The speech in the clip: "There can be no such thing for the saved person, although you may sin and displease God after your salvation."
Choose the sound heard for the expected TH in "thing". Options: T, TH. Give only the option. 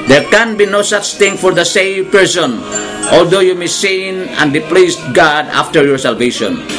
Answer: T